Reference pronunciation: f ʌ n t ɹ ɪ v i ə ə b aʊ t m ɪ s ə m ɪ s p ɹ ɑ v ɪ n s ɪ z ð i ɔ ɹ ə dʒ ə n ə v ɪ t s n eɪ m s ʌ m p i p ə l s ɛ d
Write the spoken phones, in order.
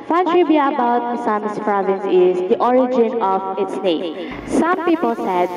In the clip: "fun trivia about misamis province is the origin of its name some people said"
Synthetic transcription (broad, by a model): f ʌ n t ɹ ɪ b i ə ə b aʊ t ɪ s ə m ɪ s p ɹ ɑ v ɪ n s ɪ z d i ɔ ɹ ə dʒ ə n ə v ɪ t s n eɪ m s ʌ m p i p ə l s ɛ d